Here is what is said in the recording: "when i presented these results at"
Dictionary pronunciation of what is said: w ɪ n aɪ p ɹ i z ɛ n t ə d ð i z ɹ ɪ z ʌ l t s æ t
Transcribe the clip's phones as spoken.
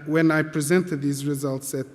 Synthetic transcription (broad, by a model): w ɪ n aɪ p ɹ i z ɛ n t ə d ð i z ɹ ɪ z ʌ l t s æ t